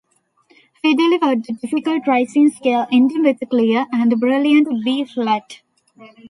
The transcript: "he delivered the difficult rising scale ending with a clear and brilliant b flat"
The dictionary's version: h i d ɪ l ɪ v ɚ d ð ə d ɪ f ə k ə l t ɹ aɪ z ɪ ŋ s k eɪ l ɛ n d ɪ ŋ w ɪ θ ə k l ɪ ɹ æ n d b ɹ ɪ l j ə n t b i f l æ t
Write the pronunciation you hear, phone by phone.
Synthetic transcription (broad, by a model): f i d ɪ l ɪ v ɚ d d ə d ɪ f ə k ə l t ɹ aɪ s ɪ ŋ s k eɪ l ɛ n d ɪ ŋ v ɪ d ə k l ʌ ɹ æ n d b ɹ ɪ l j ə n t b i f l æ t